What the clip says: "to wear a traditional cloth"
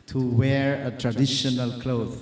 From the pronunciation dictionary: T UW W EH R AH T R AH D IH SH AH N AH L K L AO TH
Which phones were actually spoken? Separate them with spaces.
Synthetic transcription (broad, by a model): T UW W EH R AH T R AH D IH SH AH N AH L K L AO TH